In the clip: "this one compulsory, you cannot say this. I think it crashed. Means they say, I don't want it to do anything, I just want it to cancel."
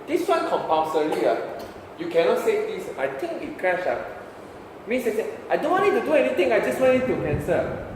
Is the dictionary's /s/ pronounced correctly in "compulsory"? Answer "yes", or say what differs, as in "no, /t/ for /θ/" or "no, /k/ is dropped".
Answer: no, /s/ is dropped